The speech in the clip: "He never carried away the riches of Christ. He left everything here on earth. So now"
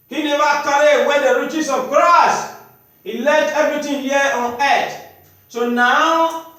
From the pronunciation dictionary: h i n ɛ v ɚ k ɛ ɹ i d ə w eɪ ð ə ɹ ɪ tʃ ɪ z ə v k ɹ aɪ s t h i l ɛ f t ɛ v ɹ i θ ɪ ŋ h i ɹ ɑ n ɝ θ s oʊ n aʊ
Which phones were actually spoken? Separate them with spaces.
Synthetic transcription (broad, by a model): h i n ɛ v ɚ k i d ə w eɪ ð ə ɹ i tʃ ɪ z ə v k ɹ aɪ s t h i l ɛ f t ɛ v ɹ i t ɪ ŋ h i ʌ ɑ n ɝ t s oʊ n aʊ